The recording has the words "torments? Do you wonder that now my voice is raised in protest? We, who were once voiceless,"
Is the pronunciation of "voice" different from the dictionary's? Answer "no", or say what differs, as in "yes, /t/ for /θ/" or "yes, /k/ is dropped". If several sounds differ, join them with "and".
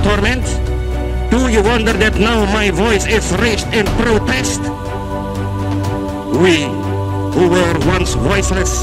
no